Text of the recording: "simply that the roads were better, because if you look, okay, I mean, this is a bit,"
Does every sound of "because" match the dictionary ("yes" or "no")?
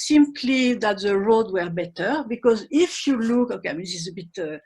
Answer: yes